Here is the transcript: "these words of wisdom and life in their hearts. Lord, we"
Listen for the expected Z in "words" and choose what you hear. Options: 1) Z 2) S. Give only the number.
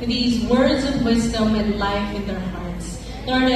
1